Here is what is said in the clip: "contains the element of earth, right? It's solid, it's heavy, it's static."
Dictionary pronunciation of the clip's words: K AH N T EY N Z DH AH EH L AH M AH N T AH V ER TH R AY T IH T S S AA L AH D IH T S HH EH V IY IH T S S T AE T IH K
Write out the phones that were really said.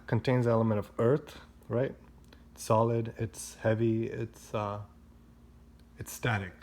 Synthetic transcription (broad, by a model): K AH N T EY N Z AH EH L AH M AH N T AH V ER TH R AY T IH T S S AA L AH D IH T S HH EH V IY IH T S S T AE T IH K